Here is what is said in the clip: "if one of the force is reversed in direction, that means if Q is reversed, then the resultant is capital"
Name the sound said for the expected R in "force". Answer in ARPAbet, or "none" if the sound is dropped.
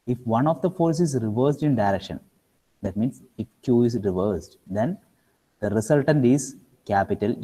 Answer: R